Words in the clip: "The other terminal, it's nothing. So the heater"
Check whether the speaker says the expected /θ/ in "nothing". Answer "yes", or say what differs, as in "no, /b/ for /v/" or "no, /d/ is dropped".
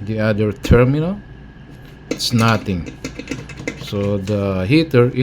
no, /t/ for /θ/